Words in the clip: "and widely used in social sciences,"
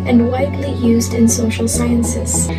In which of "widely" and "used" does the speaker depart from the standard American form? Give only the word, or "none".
none